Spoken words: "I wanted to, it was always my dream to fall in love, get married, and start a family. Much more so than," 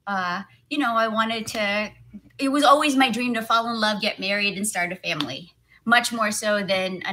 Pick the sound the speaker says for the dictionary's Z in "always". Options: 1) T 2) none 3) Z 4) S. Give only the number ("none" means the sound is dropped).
3